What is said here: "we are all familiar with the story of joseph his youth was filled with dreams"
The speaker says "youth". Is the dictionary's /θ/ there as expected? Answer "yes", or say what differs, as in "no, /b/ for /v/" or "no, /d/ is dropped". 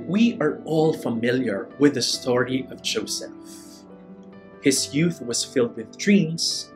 yes